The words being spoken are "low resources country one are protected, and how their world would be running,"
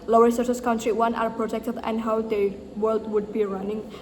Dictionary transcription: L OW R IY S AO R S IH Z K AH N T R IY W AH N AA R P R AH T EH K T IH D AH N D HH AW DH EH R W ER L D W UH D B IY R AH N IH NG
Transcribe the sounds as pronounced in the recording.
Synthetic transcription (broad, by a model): L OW R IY S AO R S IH S K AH N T R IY W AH N AA R P R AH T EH K T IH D AH N D HH AW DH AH W ER L D W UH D B IY R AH N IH NG